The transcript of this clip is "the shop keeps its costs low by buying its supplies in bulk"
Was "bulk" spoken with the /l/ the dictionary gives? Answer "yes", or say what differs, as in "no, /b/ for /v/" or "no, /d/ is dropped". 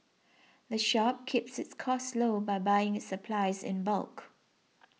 yes